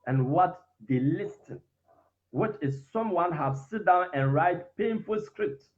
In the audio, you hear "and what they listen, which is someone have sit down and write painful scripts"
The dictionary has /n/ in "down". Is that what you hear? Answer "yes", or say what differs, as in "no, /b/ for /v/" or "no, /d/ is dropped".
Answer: yes